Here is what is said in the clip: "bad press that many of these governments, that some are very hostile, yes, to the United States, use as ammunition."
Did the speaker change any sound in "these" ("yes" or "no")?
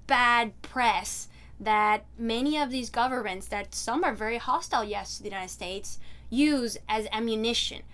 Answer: no